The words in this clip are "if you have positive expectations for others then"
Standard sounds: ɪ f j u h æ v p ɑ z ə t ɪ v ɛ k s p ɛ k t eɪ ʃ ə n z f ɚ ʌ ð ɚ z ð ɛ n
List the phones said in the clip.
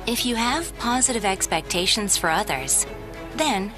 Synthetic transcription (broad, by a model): ɪ f j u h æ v p ɑ z ə t ɪ v ɛ k s p ɛ k t eɪ ʃ ə n z f ɚ ʌ ð ɚ z ð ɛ n